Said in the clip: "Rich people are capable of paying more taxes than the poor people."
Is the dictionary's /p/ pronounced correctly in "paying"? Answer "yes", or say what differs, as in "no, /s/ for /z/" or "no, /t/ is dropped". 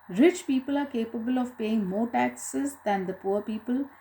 yes